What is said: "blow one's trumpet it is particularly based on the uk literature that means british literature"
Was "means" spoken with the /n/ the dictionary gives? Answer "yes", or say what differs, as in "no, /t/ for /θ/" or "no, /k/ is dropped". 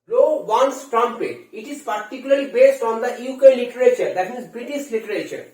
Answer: no, /n/ is dropped